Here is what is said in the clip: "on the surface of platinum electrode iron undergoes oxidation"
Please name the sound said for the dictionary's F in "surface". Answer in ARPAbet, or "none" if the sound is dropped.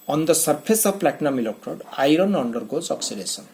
P